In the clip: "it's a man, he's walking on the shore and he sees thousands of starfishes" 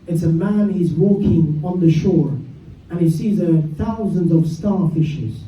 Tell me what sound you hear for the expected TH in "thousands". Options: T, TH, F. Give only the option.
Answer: TH